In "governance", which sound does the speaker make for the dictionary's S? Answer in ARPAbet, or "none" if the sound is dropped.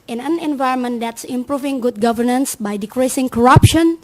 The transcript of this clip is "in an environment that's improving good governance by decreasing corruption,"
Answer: S